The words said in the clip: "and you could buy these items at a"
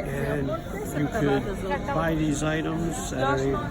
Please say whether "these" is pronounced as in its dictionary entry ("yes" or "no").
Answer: yes